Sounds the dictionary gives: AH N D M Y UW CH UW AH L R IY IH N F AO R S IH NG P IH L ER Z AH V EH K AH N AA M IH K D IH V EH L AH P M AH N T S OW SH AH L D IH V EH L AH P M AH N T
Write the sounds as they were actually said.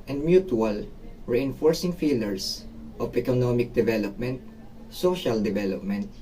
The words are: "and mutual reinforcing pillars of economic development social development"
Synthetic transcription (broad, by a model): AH N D M Y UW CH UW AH L R IY IH N F AO R S IH NG F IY L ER S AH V EH K AH N AA M IH K D IH V EH L AH P M AH N T S OW SH AH L D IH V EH L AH P M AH N T